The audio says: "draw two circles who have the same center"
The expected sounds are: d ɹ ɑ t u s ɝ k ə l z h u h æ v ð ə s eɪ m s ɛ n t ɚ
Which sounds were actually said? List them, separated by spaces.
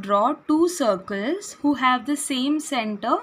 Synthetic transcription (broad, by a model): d ɹ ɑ t u s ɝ k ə l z h u h æ v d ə s eɪ m s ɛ n t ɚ